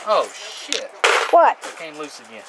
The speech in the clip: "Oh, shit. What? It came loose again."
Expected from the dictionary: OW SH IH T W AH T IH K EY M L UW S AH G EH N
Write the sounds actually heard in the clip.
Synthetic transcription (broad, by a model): OW SH IH T W AH T IH K EY M L UW S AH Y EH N